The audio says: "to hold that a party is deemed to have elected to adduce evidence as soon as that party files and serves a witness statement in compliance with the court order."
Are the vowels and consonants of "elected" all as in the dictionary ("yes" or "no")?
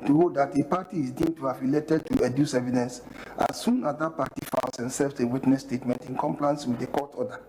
no